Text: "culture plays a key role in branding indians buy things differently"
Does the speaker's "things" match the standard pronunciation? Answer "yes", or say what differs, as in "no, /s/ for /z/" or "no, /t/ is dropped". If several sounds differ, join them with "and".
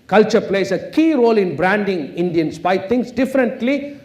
no, /t/ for /θ/ and /s/ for /z/